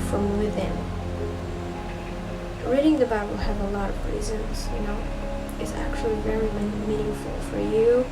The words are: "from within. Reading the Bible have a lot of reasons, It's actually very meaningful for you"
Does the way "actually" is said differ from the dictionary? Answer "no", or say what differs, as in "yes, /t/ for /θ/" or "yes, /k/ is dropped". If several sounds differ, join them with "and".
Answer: no